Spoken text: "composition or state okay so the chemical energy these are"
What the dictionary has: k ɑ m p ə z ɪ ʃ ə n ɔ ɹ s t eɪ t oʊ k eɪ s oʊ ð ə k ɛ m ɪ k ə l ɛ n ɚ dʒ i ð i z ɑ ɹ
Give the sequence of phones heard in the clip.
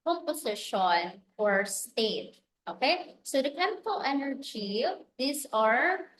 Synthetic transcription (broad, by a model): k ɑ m p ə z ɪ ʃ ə n ɔ ɹ s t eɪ t oʊ k eɪ s oʊ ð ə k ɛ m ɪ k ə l ɛ n ɚ dʒ i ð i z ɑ ɹ